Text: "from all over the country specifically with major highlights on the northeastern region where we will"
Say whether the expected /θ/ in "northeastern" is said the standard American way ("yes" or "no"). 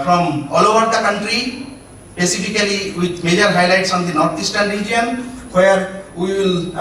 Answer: no